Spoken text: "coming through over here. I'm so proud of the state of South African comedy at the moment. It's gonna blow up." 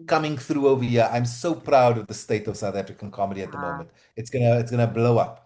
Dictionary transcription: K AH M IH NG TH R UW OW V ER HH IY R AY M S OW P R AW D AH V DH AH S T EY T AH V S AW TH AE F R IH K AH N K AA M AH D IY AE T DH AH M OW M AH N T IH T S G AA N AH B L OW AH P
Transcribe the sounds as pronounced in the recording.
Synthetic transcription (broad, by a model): K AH M IH NG TH R UW OW V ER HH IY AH AY M S OW P R AW D AH V DH AH S T EY T AH V S AW TH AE F R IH K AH N K AA M AH D IY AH T DH AH M OW M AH N T IH T S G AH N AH B L OW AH P